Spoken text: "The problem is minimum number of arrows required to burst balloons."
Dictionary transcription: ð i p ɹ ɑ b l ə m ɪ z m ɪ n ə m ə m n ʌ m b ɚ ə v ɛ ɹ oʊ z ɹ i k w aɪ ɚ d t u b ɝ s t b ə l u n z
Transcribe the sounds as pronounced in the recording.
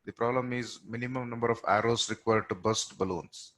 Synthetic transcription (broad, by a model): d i p ɹ ɑ b l ə m ɪ z m ɪ n ə m ə m n ʌ m b ɚ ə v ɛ ɹ oʊ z ɹ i k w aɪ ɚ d t u b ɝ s t b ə l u n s